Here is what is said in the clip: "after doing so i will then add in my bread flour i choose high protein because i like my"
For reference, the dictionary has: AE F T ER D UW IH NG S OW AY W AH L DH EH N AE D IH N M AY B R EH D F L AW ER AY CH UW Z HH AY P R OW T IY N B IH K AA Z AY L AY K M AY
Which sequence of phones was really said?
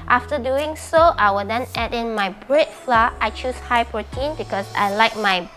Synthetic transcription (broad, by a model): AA F T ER D UW IH NG S OW AY W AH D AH N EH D IH N M AY B R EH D F L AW AY CH UW S HH AY P R OW T IY N B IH K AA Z AY L AY K M AY